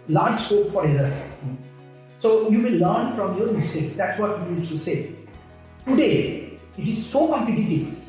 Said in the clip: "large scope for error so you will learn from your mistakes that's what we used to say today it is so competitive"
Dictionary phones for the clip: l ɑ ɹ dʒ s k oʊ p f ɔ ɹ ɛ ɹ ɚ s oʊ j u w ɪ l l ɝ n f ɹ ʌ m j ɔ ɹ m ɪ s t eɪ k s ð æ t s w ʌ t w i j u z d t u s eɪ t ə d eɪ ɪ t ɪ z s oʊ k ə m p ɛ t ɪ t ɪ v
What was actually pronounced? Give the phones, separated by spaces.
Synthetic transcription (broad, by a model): l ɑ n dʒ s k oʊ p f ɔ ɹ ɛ l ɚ s oʊ j u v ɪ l l ɝ n f ɹ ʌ m j ɔ ɹ m ɪ s t eɪ k s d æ t s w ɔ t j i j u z t u s eɪ t ə d eɪ ɪ t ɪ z s oʊ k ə m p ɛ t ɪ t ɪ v